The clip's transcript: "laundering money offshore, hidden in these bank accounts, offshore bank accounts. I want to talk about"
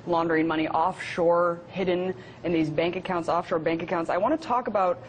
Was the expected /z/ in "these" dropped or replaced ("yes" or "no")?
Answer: no